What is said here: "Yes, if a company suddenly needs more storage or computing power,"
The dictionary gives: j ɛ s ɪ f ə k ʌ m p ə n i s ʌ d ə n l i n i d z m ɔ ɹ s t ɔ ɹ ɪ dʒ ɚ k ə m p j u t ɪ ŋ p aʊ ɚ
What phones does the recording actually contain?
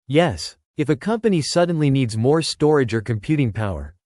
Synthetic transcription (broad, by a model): j ɛ s ɪ f ə k ʌ m p ə n i s ʌ d n l i n i d z m ɔ ɹ s t ɔ ɹ ɪ dʒ ɚ k ə m p j u t ɪ ŋ p aʊ ɚ